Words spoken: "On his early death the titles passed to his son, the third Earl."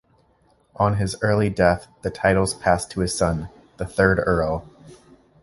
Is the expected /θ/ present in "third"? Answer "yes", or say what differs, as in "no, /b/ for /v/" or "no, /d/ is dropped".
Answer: yes